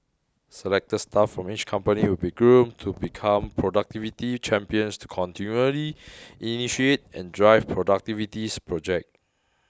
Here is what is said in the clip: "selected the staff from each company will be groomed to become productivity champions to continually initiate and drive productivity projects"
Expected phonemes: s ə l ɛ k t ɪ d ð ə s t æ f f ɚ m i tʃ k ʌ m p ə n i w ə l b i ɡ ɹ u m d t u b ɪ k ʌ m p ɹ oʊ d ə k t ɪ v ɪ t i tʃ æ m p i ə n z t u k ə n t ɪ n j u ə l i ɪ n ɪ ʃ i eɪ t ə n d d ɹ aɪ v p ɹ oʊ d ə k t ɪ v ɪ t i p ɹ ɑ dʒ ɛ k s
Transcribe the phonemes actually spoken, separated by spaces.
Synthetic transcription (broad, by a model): s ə l ɛ k t ə s t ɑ f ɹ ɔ m i tʃ k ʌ m p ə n i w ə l b i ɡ ɹ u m t u b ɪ k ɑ m p ɹ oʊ d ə k t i v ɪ t i tʃ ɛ m p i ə n s t u k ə n t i n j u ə l i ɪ n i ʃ i eɪ t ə n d d ɹ aɪ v p ɹ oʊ d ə k t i v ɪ t i p ɹ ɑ dʒ ɛ k